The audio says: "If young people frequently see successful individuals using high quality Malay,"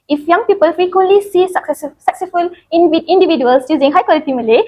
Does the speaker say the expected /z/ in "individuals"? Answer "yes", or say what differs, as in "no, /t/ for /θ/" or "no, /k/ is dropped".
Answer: no, /s/ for /z/